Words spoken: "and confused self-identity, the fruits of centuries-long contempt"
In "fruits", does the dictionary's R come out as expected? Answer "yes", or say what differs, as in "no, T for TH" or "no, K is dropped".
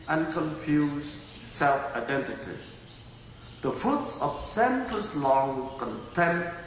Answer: no, R is dropped